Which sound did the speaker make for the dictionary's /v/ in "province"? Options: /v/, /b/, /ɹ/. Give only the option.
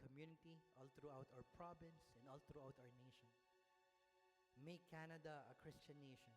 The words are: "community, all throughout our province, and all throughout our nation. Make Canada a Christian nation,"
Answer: /b/